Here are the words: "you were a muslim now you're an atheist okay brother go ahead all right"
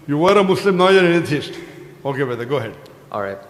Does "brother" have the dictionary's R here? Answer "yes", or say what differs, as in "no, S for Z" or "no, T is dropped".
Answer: no, R is dropped